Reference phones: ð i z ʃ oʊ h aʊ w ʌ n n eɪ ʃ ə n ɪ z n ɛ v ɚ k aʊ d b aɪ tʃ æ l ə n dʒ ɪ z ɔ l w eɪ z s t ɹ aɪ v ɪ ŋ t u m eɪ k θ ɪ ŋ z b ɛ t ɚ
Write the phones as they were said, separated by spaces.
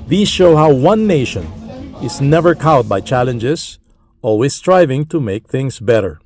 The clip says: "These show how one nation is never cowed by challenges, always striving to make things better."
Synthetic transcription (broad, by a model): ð i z ʃ oʊ h aʊ w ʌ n n eɪ ʃ ə n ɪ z n ɛ v ɚ k aʊ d b aɪ tʃ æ l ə n dʒ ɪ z ɔ l w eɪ s t ɹ aɪ v ɪ ŋ t u m eɪ k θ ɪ ŋ s b ɛ t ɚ